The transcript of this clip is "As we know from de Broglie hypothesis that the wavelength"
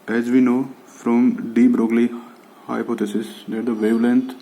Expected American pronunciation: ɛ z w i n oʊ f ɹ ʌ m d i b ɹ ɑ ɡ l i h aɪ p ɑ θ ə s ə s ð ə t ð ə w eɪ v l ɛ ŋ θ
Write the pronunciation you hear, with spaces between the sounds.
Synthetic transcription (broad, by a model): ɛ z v i n oʊ f ɹ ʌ m d i b ɹ ɑ ɡ l i h aɪ p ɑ t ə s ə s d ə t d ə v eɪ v l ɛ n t